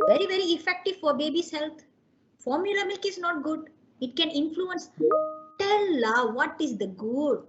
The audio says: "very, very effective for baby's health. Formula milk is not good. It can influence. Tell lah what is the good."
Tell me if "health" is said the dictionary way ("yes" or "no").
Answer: no